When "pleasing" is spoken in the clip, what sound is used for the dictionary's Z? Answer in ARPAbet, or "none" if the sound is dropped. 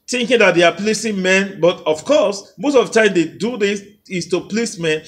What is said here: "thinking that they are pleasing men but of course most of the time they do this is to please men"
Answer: S